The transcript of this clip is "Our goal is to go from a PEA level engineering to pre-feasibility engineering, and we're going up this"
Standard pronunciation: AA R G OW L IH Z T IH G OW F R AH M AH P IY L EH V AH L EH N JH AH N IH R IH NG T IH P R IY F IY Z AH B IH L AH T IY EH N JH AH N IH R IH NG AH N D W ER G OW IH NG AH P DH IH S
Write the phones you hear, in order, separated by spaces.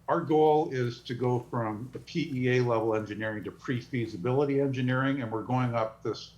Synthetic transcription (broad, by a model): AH R G OW L IH Z T IH G OW F R AH M AH P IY L EH V L EH N JH AH N IH R IH NG T IH P R IY F IY Z AH B IH L AH T IY EH N JH AH N IH R IH NG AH N W ER G OW IH NG AH P DH IH S